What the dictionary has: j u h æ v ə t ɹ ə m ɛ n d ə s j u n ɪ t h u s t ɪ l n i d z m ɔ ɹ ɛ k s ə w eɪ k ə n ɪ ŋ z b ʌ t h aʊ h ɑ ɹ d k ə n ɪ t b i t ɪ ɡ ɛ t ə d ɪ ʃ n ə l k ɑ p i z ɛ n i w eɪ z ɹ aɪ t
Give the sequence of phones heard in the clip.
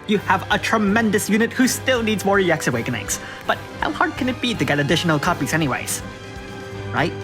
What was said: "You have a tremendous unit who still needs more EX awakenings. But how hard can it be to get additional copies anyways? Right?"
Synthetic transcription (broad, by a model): j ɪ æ v ə t ɹ ə m ɛ n d ə s j u n ɪ t h u s t ɪ l n i d z m ɔ ɹ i k s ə w eɪ k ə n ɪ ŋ s b ʌ t h aʊ h ɑ ɹ d k ə n ɪ t b i t ɪ ɡ ɛ t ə d ɪ ʃ n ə l k ɑ p i z ɛ n i w eɪ z ɹ aɪ t